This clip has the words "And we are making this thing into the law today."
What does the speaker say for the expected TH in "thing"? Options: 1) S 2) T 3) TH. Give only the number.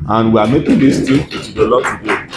2